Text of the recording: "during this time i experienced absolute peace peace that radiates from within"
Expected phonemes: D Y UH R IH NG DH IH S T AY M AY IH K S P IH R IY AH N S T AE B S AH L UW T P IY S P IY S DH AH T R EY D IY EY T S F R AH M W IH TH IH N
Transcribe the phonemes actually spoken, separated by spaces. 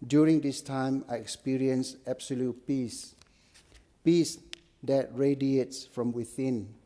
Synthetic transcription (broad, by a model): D Y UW R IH NG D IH S T AY M AY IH K S P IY R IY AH N S AE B S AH L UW T P IY S P IY S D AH T R EY D IY EY T S F R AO M W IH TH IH N